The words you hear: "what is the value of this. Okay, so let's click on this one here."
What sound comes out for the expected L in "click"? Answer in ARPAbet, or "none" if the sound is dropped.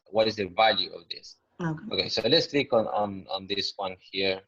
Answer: N